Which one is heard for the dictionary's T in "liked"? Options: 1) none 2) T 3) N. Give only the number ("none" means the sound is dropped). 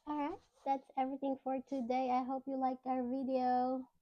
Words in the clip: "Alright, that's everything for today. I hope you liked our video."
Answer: 1